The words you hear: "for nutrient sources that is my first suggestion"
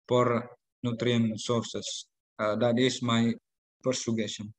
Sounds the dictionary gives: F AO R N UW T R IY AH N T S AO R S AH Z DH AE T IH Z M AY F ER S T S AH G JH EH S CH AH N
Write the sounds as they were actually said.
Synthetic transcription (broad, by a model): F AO R N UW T R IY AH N S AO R S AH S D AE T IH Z M AY P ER T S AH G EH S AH N